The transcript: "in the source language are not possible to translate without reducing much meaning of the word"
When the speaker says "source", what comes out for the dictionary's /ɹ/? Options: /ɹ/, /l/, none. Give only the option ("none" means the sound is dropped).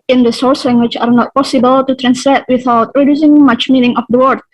/ɹ/